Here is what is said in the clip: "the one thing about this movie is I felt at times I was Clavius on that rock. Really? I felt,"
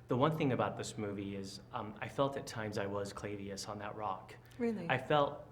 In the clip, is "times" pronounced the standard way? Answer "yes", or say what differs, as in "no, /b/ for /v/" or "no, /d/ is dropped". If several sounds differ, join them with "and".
yes